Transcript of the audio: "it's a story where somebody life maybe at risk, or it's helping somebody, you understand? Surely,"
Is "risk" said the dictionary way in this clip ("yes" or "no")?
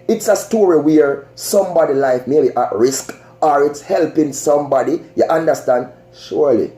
yes